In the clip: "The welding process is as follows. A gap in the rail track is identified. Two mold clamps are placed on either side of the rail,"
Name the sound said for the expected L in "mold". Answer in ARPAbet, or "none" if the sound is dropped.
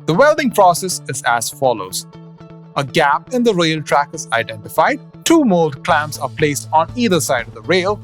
L